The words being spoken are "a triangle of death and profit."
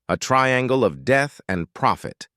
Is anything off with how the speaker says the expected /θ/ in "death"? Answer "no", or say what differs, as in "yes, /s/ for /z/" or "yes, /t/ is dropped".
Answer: no